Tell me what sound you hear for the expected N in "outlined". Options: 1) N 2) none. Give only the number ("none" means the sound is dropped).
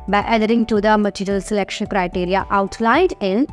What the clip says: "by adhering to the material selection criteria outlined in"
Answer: 2